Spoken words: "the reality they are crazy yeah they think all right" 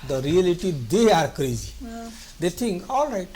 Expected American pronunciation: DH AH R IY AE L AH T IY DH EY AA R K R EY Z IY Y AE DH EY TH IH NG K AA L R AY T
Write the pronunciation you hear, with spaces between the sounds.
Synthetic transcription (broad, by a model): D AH R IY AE L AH T IY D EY AA R K R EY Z IY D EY T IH NG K AA L R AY T